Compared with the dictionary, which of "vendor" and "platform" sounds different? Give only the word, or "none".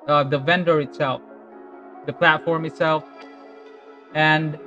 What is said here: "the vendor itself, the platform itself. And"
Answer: none